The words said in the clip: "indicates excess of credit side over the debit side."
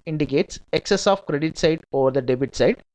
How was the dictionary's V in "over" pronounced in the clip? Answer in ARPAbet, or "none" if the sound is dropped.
V